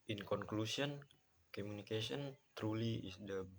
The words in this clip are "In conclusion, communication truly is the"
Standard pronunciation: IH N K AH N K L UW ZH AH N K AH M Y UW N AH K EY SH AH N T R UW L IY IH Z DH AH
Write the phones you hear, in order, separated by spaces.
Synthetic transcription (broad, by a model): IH N K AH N K L UW S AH N K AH M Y UW N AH K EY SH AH N T R UW L IY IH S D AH